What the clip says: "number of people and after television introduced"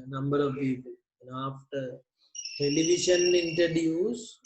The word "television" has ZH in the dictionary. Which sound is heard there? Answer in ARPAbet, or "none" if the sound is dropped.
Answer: SH